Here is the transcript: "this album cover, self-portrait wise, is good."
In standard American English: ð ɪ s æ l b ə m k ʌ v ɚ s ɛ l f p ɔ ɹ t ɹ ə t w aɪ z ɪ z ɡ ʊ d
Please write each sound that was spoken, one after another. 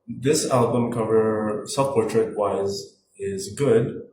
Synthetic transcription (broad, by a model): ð ɪ s æ l b ə m k ʌ v ɚ s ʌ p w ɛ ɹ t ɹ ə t w aɪ z ɪ z ɡ ʊ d